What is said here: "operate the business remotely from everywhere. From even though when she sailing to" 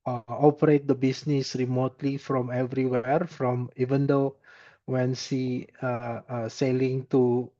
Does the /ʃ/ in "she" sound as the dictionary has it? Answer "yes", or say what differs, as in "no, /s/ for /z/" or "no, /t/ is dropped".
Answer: no, /s/ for /ʃ/